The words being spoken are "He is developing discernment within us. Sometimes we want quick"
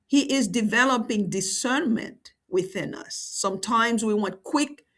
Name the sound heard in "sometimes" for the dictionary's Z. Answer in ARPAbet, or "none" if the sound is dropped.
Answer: Z